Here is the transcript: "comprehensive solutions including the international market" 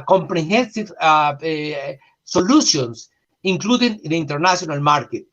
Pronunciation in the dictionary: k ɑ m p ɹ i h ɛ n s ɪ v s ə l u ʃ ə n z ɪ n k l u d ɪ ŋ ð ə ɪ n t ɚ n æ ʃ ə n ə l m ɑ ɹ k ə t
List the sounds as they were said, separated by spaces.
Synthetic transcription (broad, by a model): k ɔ m p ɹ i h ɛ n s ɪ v s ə l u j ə n s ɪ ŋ k l u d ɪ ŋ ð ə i n t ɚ n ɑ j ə n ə l m ɑ ɹ k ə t